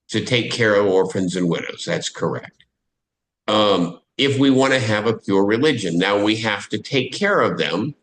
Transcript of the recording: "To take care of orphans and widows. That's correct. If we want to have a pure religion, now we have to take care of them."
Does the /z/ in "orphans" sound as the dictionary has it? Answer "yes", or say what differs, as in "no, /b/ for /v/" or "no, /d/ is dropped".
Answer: yes